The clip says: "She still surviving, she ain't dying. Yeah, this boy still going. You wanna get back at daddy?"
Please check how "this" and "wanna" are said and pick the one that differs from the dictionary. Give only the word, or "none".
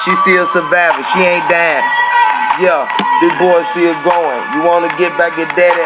this